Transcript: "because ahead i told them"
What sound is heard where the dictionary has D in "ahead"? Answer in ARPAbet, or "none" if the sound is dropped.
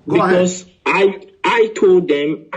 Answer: none